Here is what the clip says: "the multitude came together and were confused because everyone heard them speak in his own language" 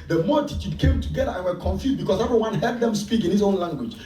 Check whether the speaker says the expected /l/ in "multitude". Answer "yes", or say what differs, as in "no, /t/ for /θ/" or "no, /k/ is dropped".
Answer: no, /l/ is dropped